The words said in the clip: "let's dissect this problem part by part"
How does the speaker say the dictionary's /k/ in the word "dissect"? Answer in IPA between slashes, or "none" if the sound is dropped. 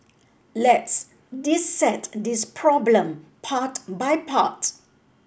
none